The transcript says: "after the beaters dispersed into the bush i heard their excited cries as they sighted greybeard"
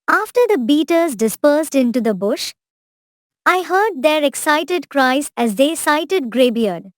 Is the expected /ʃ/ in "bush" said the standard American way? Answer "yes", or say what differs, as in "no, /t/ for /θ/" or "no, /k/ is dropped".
yes